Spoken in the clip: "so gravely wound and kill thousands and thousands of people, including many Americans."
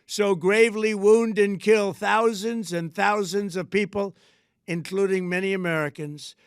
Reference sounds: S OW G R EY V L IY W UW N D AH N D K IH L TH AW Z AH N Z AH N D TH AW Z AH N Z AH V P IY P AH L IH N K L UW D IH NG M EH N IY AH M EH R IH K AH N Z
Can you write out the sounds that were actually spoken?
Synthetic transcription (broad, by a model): S OW G R EY V L IY W UW N D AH N K IH L TH AW Z AH N Z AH N TH AW Z AH N Z AH V P IY P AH L IH N K L UW D IH NG M EH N IY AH M EH R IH K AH N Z